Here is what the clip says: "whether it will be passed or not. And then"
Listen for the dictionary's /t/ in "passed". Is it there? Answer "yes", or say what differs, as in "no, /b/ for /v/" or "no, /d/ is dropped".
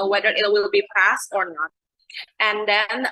yes